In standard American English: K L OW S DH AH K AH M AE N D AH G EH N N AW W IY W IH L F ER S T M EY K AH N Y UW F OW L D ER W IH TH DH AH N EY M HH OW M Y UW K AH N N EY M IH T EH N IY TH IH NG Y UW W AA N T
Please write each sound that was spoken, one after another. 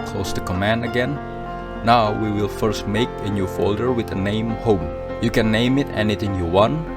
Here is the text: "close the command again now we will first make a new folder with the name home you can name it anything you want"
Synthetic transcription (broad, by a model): K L OW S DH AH K AH M AE N D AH G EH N N AW W IY W IH L F ER S T M EY K AH N Y UW F OW L D ER W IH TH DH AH N EY M HH OW M Y UW K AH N N EY M IH T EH N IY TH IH NG Y UW W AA N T